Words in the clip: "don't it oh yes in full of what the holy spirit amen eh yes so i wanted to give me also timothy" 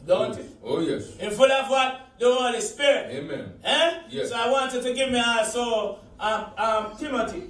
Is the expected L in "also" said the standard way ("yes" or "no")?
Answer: no